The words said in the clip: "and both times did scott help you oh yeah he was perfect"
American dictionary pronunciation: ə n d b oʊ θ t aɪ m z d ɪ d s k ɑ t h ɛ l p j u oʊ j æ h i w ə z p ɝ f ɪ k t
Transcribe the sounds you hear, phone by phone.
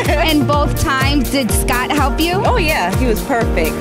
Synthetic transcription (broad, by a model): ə n b oʊ θ t aɪ m z d ɪ d s k ɑ t h ɛ l p j u oʊ j æ h i w ə z p ɝ f ɪ k t